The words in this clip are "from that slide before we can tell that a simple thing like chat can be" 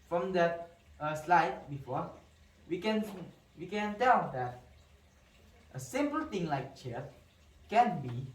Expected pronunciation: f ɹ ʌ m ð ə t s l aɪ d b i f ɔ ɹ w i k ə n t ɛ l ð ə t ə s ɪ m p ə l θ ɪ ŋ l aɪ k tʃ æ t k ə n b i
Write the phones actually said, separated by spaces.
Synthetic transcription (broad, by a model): f ɹ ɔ m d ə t s l aɪ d b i f ɔ w w i k ə n t ɛ l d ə t ə s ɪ m p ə l t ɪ ŋ l aɪ k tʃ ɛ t k ə n b i